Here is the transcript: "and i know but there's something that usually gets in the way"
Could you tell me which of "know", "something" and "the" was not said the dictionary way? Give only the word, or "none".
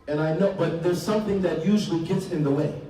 none